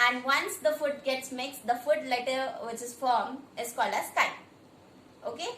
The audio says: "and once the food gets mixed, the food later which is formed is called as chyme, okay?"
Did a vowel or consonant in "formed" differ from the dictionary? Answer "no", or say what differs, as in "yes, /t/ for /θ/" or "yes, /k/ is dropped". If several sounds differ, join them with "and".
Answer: yes, /d/ is dropped